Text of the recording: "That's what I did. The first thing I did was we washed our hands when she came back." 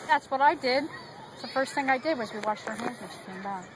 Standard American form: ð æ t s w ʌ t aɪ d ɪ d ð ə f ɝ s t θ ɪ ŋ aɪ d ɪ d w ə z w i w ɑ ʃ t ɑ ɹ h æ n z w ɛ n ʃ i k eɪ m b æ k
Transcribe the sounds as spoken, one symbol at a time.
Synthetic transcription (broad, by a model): ð æ t s w ʌ t aɪ d ɪ d ð ə f ɝ s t θ ɪ ŋ aɪ d ɪ d w ə z w i w ɑ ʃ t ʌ ɹ h æ n z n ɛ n ʃ i k eɪ m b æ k